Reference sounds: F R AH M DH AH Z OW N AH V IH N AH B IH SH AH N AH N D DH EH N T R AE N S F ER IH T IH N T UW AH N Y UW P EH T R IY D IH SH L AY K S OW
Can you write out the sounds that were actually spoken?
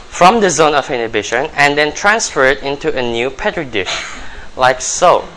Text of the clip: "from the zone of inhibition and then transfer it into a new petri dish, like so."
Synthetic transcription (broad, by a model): F R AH M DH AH Z OW N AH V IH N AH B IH SH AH N AH N D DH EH N T R AE N S F ER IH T IH N T UW AH N Y UW P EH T R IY D IH SH L AY K S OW